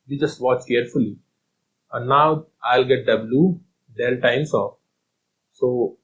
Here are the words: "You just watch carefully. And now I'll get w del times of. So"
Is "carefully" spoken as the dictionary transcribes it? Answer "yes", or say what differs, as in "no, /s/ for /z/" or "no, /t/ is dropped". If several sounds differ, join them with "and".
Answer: yes